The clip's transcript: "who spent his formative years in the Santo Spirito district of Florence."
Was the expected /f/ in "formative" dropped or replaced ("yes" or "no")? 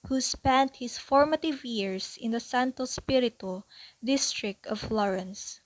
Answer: no